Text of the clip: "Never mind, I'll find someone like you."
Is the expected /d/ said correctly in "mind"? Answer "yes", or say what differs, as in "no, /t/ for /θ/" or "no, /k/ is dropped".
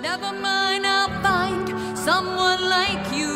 no, /d/ is dropped